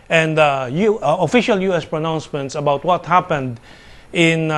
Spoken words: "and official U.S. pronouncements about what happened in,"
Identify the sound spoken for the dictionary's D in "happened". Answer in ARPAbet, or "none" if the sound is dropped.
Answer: D